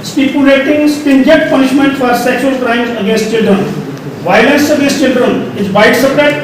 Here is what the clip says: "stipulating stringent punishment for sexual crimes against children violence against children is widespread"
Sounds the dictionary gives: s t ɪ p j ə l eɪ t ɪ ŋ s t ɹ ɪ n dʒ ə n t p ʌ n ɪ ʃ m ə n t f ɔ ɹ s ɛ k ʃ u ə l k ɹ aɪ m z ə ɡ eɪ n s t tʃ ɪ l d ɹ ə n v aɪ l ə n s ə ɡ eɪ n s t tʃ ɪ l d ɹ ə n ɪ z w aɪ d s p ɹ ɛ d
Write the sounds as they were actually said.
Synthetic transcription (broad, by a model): s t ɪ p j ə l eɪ t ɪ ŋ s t ɪ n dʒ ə t p ʌ n ɪ ʃ m ə n t f ɔ ɹ s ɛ k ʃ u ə l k ɹ aɪ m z ə ɡ eɪ n s t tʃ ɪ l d ɹ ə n v aɪ l ə n s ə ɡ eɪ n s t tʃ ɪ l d ɹ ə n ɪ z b aɪ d s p ɹ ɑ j